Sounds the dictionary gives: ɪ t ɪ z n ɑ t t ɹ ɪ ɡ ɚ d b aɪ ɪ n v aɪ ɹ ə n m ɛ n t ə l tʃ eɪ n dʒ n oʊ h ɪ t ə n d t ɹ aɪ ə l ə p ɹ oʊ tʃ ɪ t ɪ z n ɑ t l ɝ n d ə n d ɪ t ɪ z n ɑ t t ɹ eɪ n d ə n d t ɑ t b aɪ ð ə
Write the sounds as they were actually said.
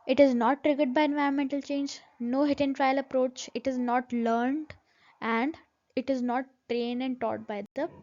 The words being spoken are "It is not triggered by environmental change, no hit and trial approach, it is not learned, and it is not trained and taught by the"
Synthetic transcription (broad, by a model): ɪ t ɪ z n ɑ t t ɹ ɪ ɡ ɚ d b aɪ ɪ n v aɪ ɹ ə n m ɛ n t ə l tʃ eɪ n dʒ n oʊ h ɪ t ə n t ɹ aɪ ə l ə p ɹ oʊ tʃ ɪ t ɪ z n ɑ t l ɝ n d ə n d ɪ t ɪ z n ɑ t t ɹ eɪ n d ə n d t ɑ t b aɪ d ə